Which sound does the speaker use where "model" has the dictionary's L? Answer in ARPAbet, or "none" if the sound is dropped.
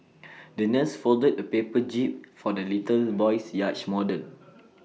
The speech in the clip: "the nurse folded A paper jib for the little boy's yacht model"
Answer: N